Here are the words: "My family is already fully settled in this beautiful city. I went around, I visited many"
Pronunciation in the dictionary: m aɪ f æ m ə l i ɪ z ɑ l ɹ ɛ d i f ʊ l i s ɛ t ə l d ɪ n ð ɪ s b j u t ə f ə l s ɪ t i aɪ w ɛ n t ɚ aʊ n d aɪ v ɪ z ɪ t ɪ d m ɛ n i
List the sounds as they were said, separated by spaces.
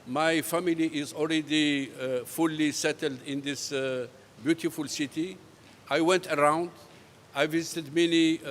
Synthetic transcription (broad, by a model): m aɪ f æ m ə l i ɪ z ɑ l ɹ ɛ d i f ʊ l i s ɛ t ə l d ɪ n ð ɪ s b j u t ə f ə l s ɪ t i aɪ w ɛ n t ɚ aʊ n d aɪ v ɪ z ɪ t ɪ d m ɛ n i